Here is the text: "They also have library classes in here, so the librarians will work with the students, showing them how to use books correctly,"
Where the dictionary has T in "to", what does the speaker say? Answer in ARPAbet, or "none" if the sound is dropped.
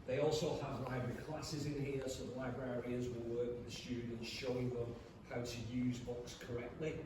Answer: T